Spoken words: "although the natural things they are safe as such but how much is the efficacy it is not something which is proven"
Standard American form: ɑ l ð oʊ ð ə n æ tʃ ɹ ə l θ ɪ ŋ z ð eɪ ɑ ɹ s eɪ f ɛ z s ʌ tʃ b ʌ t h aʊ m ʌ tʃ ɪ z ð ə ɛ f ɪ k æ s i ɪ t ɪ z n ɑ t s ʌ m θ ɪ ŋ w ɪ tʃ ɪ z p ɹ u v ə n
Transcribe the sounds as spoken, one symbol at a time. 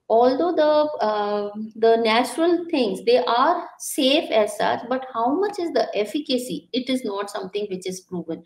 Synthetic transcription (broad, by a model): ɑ l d oʊ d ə n æ tʃ ɹ ə l t ɪ ŋ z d eɪ ɑ ɹ s eɪ f ɛ z s ʌ tʃ b ʌ t h aʊ m ʌ tʃ ɪ z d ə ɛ f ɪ k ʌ s i ɪ t ɪ z n ɑ t s ʌ m t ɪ ŋ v ɪ tʃ ɪ z p ɹ u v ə n